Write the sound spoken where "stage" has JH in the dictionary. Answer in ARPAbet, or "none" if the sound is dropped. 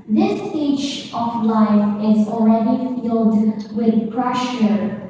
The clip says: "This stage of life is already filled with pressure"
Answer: CH